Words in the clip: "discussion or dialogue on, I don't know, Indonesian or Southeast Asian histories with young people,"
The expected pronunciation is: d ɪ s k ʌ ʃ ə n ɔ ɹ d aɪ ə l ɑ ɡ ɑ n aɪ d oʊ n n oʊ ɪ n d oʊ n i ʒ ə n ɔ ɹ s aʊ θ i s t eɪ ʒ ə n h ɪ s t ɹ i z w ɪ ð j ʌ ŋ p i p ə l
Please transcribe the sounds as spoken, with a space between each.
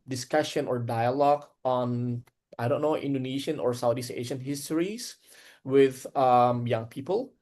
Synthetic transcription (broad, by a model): d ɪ s k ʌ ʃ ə n ɔ ɹ d aɪ ə l ɑ ɡ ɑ n aɪ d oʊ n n oʊ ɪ n d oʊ n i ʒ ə n ɔ ɹ s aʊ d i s eɪ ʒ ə n h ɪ s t ɹ i s w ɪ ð j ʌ ŋ p i p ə l